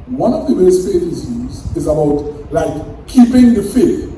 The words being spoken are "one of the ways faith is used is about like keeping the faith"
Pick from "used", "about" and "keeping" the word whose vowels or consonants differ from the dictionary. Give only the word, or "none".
used